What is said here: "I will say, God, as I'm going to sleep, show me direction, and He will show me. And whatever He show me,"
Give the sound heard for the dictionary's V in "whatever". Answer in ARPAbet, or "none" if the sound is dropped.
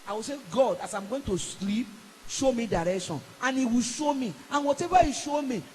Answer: B